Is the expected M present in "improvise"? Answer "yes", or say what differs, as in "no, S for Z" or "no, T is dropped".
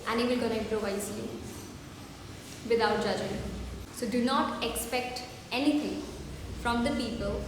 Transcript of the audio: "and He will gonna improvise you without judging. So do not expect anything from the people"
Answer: no, M is dropped